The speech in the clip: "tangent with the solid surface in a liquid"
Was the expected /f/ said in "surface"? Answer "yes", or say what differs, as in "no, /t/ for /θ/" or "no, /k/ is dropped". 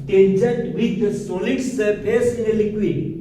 no, /p/ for /f/